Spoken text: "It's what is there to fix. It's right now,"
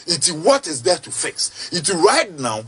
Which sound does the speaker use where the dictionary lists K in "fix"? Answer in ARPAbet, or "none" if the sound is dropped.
K